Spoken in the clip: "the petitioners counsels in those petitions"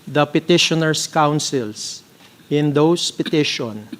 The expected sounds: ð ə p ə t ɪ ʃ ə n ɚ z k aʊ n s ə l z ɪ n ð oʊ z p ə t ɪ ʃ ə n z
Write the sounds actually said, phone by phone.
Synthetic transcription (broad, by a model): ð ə p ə t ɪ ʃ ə n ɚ s k aʊ n s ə l s ɪ n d oʊ s p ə t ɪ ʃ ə n